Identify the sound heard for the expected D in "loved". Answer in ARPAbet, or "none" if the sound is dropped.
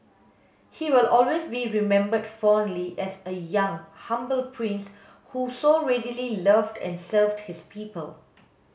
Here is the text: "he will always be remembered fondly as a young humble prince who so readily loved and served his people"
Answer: D